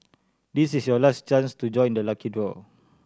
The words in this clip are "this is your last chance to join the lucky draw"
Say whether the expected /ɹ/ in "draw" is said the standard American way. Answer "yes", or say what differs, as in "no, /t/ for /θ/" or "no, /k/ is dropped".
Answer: no, /w/ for /ɹ/